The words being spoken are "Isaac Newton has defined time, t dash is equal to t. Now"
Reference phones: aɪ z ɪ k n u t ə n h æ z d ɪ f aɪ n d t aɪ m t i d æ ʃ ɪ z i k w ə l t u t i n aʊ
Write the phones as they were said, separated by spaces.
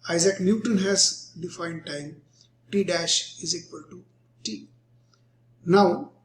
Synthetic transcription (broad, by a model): aɪ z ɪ k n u t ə n h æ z d ɪ f aɪ n d t aɪ m t i d æ ʃ ɪ z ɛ k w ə l t u t i n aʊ